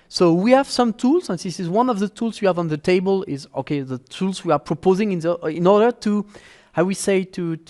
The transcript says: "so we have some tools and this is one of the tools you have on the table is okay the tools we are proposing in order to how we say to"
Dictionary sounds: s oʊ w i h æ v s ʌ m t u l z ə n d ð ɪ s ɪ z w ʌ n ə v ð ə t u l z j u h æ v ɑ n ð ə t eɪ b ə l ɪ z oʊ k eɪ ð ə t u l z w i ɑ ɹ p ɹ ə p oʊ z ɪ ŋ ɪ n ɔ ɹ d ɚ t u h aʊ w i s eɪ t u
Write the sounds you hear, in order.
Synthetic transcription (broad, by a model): s oʊ w i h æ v s ʌ m t u l z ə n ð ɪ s ɪ z w ʌ n ə v ð ə t u l z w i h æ v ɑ n ð ə t eɪ b ə l ɪ z oʊ k eɪ ð ə t u l z w i ɑ ɹ p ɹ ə p oʊ z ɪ ŋ ɪ n ɔ ɹ d ɚ t u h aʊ w i s eɪ t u